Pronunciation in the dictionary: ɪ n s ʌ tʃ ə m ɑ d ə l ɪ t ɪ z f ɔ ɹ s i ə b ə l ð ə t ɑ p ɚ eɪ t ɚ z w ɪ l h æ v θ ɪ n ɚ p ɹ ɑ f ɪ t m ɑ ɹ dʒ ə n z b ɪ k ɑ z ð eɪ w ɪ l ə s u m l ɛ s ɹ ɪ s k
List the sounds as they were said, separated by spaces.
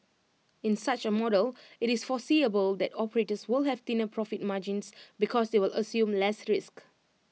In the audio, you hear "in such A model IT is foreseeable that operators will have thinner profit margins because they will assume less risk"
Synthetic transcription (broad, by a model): ɪ n s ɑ tʃ ə m ɑ d ə l ɪ t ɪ s f ɔ s i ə b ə l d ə t ɑ p ɚ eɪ t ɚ s w ɪ l h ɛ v t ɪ n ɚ p ɹ ɑ f ɪ t m ɑ dʒ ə n s b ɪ k ɑ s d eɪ w ɪ l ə s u m l ɛ s ɹ ɪ s k